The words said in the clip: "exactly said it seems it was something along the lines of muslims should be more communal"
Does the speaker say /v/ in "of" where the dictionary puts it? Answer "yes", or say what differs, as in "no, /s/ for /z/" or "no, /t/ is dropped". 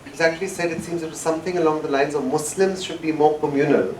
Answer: yes